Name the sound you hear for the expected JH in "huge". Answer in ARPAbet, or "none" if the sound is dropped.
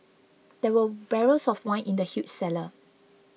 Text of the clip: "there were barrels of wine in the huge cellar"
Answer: CH